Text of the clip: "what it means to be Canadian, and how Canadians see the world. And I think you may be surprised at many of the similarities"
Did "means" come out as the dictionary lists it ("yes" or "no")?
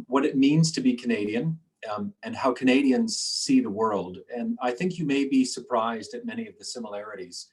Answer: yes